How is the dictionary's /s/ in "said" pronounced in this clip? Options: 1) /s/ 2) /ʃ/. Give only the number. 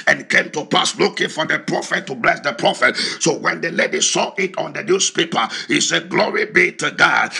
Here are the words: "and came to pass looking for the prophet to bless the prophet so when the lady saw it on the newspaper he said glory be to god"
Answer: 1